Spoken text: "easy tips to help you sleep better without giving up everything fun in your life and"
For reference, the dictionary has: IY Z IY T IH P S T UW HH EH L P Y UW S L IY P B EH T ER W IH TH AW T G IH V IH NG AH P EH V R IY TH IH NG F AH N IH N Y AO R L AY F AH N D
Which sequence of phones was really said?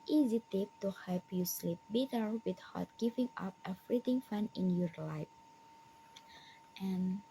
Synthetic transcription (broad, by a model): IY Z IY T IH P T UW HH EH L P Y UW S L IY P B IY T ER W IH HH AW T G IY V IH NG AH P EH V R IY T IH NG F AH N IH N Y AO R L AY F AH N